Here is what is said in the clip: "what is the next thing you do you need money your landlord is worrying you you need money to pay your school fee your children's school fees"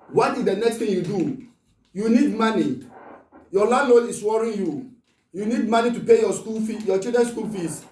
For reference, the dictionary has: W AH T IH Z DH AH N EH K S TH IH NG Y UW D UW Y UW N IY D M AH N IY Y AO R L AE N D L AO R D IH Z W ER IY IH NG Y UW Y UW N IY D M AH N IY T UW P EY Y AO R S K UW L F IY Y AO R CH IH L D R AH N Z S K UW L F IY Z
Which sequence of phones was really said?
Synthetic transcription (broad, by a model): W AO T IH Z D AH N EH K S T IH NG Y UW D UW Y UW N IY D M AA N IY Y AO L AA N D L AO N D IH S W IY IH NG Y UW Y UW N IY D M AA N IY T UW P EY Y AO S K UW L F IY Y AO CH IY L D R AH N S K UW L F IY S